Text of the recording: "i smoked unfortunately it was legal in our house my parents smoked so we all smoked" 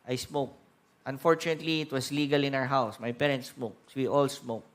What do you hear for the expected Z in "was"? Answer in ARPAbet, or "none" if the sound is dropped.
S